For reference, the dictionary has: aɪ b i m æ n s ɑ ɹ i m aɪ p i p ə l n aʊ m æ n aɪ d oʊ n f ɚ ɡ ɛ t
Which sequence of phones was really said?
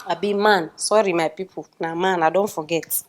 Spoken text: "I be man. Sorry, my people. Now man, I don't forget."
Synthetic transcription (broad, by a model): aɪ b i m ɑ n s ɑ ɹ i m aɪ p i p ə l n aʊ m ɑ n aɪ d oʊ n f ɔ ɡ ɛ t